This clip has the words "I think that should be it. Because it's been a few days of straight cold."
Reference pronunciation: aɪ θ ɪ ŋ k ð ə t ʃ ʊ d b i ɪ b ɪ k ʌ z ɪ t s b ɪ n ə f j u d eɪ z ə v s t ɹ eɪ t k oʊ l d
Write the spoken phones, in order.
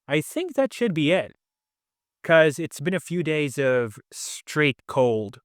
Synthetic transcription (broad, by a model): aɪ θ ɪ ŋ k ð ə t ʃ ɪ d b i ɪ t k ʌ z ɪ t s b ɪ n ə f j u d eɪ z ə v s t ɹ eɪ t k oʊ l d